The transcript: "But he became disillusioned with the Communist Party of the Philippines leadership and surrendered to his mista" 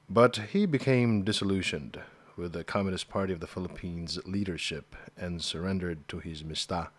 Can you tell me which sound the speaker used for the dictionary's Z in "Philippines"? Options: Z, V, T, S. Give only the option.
Z